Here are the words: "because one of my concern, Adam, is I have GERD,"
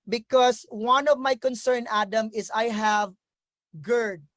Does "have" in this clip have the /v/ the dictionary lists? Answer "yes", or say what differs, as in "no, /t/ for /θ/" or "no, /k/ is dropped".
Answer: yes